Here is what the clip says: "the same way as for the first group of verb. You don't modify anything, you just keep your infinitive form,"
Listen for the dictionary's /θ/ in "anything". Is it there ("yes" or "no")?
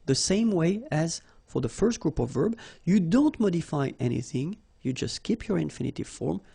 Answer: yes